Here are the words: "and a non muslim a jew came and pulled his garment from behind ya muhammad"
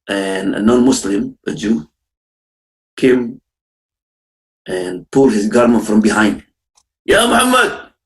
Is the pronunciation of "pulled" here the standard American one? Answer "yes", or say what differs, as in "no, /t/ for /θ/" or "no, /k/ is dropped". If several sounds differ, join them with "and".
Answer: no, /l/ is dropped